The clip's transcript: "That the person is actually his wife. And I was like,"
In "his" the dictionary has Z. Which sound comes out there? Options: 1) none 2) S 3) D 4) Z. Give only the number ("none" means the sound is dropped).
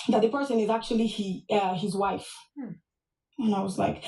4